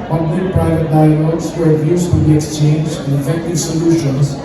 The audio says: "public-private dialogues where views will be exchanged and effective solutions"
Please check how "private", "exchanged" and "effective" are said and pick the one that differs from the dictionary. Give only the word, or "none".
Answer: exchanged